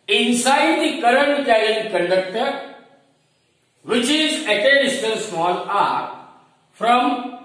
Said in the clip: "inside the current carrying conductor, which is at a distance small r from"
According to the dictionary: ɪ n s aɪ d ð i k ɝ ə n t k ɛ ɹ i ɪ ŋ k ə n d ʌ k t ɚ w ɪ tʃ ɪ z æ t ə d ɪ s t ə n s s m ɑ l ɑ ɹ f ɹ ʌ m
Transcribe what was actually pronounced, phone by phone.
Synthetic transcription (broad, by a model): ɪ n s aɪ d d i k ɝ ə n t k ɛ l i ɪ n k ə n d ʌ k t ɚ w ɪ tʃ ɪ z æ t ə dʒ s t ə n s s m ɑ l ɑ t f ɹ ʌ m